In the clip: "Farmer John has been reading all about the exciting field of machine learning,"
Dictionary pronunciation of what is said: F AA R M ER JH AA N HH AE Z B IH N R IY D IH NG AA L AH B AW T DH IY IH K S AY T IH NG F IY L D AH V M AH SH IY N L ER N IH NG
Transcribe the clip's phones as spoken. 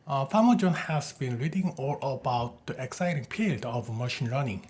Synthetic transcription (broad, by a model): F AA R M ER JH AA N HH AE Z B IH N R IY D IH NG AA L AH B AW T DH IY IH K S AY T IH NG P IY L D AH V M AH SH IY N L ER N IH NG